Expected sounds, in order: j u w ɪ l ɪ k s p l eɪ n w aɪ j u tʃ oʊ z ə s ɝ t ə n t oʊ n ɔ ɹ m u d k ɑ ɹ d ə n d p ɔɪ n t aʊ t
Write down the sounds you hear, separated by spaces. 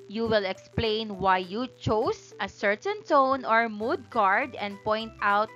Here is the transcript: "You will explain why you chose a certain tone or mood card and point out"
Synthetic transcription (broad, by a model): j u w ɪ l ɪ k s p l eɪ n w aɪ j u tʃ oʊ s ə s ɝ t ə n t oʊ n ɔ ɹ m u d k ɑ ɹ d ə n d p ɔɪ n t aʊ t